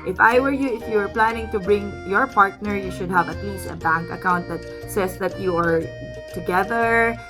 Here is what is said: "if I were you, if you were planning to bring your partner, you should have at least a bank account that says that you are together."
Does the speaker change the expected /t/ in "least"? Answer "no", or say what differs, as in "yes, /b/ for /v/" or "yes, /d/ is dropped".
yes, /t/ is dropped